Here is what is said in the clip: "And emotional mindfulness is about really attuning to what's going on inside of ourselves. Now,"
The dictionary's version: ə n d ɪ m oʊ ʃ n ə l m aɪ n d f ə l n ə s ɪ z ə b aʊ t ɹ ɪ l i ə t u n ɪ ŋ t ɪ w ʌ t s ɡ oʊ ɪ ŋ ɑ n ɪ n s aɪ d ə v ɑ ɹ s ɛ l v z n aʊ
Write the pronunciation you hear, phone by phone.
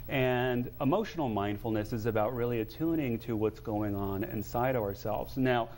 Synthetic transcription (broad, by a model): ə n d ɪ m oʊ ʃ n l m aɪ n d f l n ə s ɪ z ə b aʊ t ɹ ɪ l i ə t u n ɪ ŋ t ɪ w ʌ t s ɡ oʊ ɪ ŋ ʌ n ɪ n s aɪ d ə v ɑ ɹ s ɛ l v z n aʊ